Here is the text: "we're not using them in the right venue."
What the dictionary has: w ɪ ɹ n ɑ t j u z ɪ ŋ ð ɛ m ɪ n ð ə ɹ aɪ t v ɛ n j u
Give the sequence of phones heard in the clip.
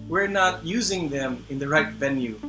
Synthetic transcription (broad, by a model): w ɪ ɹ n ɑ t j u z ɪ ŋ ð ɛ m ɪ n ð ə ɹ aɪ t v ɛ n j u